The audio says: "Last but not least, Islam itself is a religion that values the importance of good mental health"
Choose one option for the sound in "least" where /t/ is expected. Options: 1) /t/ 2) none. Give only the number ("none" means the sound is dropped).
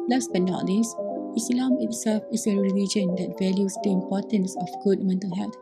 2